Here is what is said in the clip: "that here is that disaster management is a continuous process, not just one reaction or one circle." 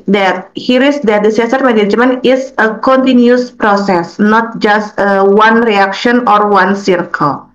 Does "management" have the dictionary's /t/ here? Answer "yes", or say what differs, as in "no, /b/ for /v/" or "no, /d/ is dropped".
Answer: no, /t/ is dropped